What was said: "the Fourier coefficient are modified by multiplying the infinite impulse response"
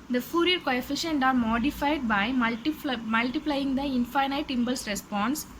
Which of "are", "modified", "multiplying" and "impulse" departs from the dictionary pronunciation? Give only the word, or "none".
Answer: impulse